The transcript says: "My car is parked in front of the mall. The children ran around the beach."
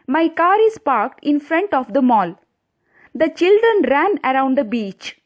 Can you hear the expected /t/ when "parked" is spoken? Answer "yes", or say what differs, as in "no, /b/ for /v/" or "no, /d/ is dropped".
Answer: yes